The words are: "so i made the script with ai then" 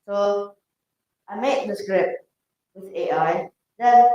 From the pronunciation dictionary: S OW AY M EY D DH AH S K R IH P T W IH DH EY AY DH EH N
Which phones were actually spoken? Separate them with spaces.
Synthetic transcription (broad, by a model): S OW AY M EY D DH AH S K R IH P T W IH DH EY AY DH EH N